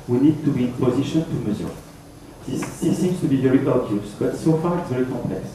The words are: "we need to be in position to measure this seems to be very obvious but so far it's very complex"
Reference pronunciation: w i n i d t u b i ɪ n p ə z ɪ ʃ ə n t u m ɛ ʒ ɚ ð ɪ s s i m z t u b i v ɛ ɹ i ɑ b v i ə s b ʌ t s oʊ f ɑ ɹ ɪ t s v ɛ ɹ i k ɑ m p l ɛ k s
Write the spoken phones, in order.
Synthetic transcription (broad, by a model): w i n i d t u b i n p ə z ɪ ʃ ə n t u m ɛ z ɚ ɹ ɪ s s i m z t u b i v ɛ ɹ i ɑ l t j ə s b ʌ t s oʊ f ɑ ɹ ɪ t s v ɛ ɹ i k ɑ m p l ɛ k s